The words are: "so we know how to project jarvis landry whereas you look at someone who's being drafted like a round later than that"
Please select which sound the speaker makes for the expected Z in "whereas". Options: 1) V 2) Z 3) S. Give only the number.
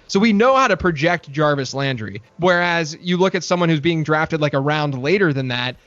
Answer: 2